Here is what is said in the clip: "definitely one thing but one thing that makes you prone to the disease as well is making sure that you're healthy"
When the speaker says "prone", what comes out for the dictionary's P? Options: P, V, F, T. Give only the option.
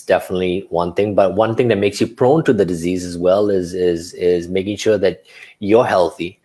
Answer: P